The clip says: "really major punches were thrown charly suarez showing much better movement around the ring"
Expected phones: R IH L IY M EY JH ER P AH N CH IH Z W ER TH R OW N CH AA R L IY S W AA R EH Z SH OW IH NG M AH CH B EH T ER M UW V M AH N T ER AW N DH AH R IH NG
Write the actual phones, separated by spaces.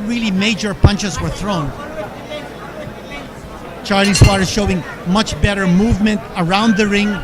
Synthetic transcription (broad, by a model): R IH L IY M EY JH ER P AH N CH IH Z W ER TH R OW N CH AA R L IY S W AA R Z SH OW IH NG M AH CH B EH T ER M UW V M AH N T ER AW N DH AH R IH NG